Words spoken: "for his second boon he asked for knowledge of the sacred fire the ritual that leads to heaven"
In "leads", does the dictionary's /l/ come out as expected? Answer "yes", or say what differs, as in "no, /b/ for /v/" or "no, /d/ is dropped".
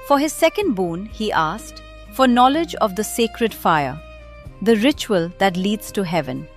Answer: yes